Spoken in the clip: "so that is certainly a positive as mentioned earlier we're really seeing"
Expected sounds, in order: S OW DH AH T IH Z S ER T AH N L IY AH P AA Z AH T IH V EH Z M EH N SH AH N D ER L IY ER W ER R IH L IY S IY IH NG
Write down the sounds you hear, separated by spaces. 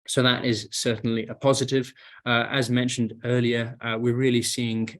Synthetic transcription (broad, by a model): S OW DH AH T IH Z S ER T N L IY AH P AA Z AH T IH V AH Z M EH N SH AH N D ER L IY ER W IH R IH L IY S IY IH NG